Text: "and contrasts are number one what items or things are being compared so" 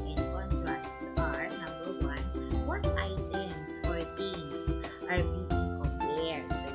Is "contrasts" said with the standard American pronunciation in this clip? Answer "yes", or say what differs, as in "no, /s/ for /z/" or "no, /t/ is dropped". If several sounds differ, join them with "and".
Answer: yes